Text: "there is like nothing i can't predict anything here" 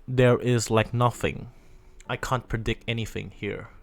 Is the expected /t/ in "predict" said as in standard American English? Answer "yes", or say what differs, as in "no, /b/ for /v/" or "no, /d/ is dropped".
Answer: yes